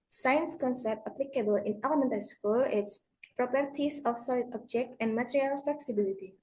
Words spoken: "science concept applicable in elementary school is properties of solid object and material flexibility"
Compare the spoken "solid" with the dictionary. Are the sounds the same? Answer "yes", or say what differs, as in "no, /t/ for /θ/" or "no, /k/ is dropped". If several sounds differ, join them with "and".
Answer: no, /d/ is dropped